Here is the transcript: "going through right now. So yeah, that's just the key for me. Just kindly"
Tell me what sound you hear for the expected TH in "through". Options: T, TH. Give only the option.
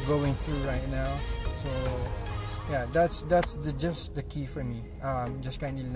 TH